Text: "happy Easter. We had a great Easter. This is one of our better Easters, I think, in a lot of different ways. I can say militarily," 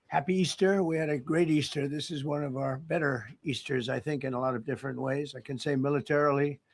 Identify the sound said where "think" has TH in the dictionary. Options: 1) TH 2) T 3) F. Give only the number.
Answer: 1